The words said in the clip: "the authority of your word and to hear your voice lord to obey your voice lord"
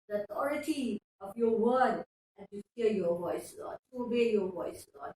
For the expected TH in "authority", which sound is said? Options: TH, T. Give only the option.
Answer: T